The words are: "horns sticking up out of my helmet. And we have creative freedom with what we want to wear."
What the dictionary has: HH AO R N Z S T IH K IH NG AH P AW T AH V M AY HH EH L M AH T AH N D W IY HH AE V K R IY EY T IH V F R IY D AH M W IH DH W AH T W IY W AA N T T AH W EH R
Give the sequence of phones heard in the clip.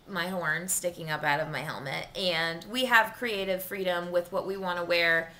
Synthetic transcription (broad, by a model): HH AO R N S T IH K IH NG AH P AW T AH V M AY HH EH L M AH T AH N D W IY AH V K R IY EY T IH V F R IY D AH M W IH DH W AH T W IY W AA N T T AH W EH R